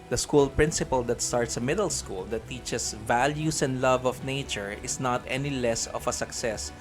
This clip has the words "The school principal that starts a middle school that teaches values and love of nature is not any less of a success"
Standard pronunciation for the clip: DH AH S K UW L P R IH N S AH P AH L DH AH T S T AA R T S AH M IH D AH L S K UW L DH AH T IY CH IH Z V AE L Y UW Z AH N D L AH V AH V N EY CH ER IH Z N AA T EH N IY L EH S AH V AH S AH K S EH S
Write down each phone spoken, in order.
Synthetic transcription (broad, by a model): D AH S K UW L P R IH N S AH P AH L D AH T S T AA R T S AH M IH D AH L S K UW L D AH T IY CH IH S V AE L Y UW S AH N D L AH V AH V N EY CH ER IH S N AA T EH N IY L EH S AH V AH S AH K S EH S